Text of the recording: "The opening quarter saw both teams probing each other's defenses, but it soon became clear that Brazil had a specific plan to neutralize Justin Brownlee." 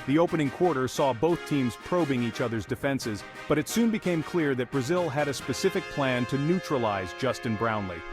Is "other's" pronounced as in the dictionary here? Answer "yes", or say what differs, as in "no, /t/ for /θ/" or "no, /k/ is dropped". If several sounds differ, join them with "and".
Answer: yes